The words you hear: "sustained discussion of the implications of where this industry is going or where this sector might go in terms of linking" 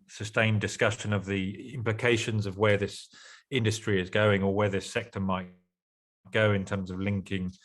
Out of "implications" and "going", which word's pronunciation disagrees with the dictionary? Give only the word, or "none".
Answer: none